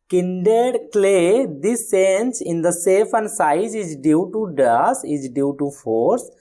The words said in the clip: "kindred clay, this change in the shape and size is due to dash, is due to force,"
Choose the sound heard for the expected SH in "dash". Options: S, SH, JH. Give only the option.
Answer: S